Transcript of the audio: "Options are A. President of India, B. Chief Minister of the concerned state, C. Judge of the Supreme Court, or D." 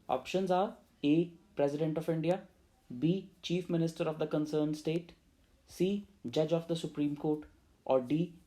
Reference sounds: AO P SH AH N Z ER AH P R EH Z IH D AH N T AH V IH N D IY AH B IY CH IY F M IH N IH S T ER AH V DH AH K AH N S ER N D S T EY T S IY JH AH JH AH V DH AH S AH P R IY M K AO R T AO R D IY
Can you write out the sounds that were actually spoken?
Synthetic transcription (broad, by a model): AO P SH AH N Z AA AH P R EH Z IH D AH N T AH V IH N D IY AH B IY CH IY F M IH N IH S T ER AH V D AH K AH N S ER N D S T EY T S IY JH AH JH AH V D AH S AH P R IY M K AO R T AO R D IY